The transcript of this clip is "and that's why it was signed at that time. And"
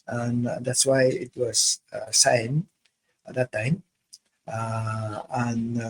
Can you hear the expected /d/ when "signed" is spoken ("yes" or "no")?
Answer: no